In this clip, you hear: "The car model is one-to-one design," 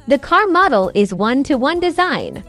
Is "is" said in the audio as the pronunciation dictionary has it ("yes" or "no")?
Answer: yes